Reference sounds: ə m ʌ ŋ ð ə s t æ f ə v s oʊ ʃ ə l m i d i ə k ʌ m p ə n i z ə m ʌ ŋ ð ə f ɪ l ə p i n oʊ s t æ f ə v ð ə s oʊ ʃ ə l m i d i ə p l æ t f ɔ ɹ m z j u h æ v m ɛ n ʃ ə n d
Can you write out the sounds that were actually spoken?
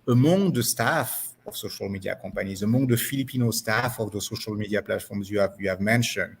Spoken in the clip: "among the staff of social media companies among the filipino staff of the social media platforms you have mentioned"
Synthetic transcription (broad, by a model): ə m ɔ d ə s t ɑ f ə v s oʊ ʃ ə l m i d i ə k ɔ p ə n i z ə m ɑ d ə f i l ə p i n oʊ s t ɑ f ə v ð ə s oʊ ʃ ə l m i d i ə p l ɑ t f ɔ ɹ m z j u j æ v m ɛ n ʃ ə n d